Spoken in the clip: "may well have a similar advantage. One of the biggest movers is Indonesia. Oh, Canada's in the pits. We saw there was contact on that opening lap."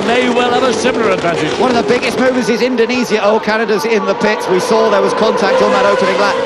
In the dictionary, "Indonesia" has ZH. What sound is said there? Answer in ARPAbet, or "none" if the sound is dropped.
Z